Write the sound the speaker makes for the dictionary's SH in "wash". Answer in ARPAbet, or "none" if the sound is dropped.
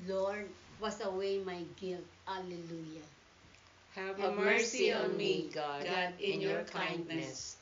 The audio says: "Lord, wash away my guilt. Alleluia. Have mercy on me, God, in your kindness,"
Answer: S